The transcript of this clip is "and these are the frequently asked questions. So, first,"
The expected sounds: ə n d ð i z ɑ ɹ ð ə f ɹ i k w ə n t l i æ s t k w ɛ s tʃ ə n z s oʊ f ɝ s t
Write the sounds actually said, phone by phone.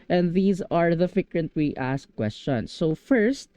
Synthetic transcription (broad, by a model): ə n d ð i z ɑ ɹ ð ə f ɪ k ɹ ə n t w i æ s k w ɛ s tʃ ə n s oʊ f ɝ s t